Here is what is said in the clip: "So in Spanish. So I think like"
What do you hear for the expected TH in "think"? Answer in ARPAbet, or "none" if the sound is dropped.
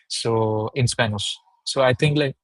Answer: T